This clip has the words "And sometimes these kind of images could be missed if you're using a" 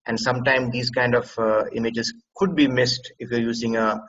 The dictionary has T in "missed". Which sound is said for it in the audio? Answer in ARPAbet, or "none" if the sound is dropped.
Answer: T